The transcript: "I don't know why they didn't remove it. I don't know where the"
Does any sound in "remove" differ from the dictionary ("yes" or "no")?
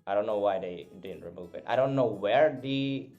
no